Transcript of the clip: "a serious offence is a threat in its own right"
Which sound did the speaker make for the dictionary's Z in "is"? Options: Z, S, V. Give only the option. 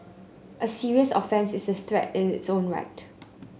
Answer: S